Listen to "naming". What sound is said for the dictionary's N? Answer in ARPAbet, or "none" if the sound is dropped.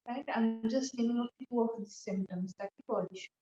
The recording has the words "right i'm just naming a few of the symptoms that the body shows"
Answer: L